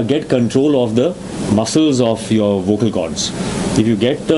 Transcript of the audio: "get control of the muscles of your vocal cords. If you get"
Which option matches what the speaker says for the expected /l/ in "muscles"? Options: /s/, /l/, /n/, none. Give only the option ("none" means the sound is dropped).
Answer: /l/